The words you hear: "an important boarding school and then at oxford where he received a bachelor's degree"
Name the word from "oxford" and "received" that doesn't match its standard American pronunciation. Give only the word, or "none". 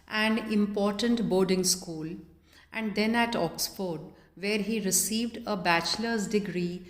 none